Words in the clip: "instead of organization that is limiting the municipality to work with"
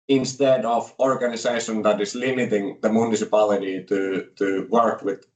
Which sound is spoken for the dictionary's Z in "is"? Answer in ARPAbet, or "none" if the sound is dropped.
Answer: S